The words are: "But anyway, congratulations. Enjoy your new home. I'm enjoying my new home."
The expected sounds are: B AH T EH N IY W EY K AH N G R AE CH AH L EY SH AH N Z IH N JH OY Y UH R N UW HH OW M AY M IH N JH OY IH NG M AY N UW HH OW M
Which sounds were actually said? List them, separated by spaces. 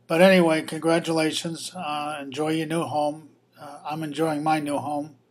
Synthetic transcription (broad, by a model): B AH T EH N IY W EY K AH N G R AE CH AH L EY SH AH N Z IH N JH OY Y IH N UW HH OW M AY M IH N JH OY IH NG M AY N UW HH OW M